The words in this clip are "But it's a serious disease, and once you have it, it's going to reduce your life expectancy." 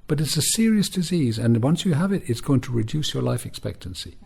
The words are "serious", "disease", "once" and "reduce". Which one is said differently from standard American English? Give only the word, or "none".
none